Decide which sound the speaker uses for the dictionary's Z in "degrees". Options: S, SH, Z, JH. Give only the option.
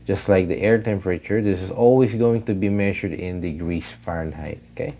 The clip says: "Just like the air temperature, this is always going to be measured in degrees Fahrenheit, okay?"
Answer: S